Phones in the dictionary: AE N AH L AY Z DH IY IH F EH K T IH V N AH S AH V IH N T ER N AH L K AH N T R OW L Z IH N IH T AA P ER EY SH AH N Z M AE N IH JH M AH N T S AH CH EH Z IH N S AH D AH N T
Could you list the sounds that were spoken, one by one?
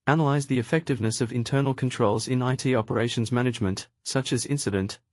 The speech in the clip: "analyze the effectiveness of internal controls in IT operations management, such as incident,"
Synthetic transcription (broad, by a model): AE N AH L AY Z DH IY IH F EH K T IH V N AH S AH V IH N T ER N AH L K AH N T R OW L Z IH N IH T AA P ER EY SH AH N Z M AE N IH JH M AH N T S AH CH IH Z IH N S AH D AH N T